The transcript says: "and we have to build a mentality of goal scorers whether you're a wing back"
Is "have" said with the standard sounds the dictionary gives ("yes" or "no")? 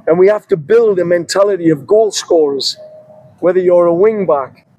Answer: no